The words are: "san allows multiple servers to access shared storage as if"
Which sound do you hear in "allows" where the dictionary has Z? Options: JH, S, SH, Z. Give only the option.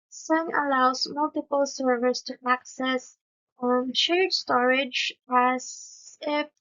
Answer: S